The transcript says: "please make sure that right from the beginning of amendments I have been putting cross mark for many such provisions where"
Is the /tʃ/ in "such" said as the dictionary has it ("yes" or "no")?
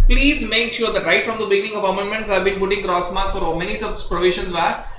no